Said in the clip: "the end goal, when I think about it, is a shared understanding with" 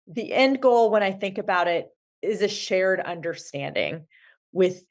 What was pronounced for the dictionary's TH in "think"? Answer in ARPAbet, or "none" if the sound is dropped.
TH